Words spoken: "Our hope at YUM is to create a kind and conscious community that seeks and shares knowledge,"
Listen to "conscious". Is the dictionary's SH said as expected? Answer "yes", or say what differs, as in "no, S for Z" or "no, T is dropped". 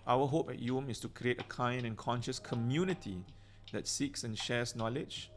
yes